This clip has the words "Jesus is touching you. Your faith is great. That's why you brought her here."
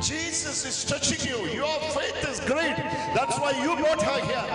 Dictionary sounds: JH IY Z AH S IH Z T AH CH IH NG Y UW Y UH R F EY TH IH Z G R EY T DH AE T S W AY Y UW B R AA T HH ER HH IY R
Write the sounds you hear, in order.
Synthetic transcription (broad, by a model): JH IY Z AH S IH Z T AH CH IH NG Y UW Y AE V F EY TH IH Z G R EY T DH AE T S W AY Y UW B AA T HH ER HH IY